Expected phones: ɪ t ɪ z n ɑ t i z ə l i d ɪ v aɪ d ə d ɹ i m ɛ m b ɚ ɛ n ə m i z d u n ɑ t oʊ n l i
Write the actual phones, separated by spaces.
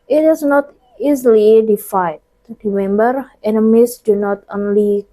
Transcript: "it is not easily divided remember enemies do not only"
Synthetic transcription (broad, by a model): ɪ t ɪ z n ɑ t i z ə l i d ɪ f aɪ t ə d ɹ i m ɛ m b ɚ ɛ n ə m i s d u n ɑ t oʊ n l i